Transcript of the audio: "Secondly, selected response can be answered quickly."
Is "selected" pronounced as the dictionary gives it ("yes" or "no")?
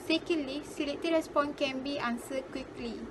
no